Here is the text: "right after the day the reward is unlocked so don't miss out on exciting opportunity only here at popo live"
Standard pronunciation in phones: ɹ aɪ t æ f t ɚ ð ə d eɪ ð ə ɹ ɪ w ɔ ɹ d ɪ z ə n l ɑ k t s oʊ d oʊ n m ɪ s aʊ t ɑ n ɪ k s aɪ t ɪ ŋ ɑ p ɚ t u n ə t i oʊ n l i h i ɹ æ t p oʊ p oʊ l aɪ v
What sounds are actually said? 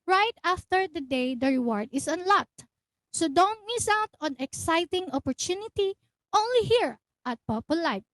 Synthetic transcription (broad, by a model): ɹ aɪ t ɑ f t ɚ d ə d eɪ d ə ɹ ɪ w ɔ ɹ d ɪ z ə n l ɑ k t s oʊ d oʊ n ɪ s aʊ t ɑ n ɪ k s aɪ t ɪ ŋ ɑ p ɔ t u n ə t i oʊ n l i h i ɹ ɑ t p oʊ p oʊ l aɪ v